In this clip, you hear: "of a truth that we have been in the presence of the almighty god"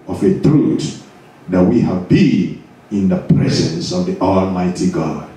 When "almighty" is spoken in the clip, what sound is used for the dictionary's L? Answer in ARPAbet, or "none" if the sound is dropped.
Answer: L